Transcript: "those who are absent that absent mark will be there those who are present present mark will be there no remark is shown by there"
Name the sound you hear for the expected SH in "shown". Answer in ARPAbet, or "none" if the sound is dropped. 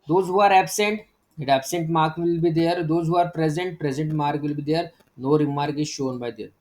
SH